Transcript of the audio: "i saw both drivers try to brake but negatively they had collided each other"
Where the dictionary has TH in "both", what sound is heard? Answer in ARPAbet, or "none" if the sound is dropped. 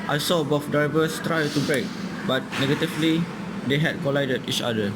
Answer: F